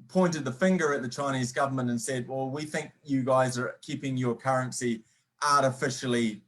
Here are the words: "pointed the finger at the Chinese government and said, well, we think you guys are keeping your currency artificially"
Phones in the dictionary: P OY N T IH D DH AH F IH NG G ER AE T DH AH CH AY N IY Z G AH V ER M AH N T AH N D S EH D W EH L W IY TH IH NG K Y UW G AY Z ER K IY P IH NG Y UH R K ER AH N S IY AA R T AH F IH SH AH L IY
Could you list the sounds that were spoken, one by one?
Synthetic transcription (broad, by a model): P OY N T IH D DH AH F IH NG G ER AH T DH AH CH AY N IY Z G AH V ER M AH N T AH N S EH D W EH L W IY TH IH NG K Y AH G AY Z ER K IY P IH NG Y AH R K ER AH N S IY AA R T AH F IH SH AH L IY